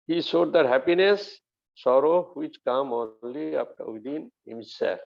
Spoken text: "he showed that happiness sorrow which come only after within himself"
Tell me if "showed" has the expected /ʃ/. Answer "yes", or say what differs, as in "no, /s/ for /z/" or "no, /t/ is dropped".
no, /s/ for /ʃ/